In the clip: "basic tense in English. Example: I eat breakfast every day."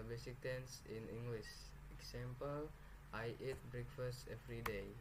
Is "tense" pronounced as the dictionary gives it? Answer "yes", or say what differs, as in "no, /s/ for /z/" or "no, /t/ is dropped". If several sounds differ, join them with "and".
yes